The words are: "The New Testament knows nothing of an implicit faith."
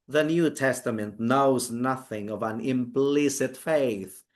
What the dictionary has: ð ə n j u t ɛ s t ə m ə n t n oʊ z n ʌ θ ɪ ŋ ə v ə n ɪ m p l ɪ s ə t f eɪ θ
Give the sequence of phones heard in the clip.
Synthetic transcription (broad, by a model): ð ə n j u t ɛ s t ə m ə n t n oʊ z n ʌ θ ɪ ŋ ə v ə n ɪ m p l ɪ s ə t f eɪ θ